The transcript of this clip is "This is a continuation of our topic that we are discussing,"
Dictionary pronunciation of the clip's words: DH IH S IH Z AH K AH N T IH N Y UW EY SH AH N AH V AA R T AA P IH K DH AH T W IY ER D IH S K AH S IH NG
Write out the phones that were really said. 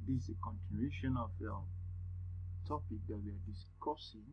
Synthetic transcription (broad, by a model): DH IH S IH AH K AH N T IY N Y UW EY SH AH N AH F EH L T AA P IH K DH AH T W IY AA D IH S K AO S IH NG